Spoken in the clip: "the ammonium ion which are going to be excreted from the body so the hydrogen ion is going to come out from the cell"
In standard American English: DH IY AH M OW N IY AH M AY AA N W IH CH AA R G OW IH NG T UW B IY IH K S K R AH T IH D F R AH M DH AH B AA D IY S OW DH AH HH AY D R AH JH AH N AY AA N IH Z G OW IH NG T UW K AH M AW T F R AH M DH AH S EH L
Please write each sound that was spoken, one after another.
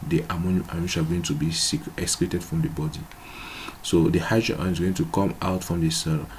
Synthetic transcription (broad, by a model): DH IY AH M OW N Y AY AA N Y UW SH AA L G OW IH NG T UW B IY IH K S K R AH T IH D F R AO M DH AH B AA D IY S OW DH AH HH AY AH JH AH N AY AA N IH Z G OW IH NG T UW K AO M AW T F R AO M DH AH S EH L